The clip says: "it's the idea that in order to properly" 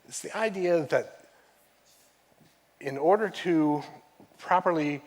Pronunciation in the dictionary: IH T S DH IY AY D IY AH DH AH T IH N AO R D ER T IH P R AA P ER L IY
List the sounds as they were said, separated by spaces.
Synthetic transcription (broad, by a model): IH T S DH IY AY D IY AH DH AH T IH N AO R D ER T IH P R AA P ER L IY